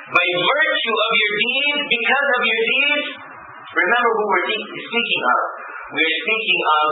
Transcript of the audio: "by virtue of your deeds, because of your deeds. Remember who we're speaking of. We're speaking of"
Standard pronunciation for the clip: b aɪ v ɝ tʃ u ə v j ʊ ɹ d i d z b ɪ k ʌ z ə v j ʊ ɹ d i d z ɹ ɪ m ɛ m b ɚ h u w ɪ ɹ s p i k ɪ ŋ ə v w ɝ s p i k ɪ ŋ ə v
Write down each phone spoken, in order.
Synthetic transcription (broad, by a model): b aɪ v ɝ tʃ u ə v j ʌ ɹ d i d z b ɪ k ʌ z ə v j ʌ ɹ d i d z ɹ ɪ m ɛ m b ɚ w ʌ w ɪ ɹ s p i k ɪ ŋ ə v w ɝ s p i k ɪ ŋ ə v